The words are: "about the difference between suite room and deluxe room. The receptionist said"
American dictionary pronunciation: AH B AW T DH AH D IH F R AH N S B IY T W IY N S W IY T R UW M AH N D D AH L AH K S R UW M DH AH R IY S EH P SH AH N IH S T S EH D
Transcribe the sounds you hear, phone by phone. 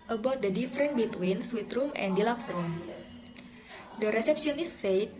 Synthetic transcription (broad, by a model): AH B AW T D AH D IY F R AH N B IY T W IY N S W IY T R UW M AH N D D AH L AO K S R UW M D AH R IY S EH P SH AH N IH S S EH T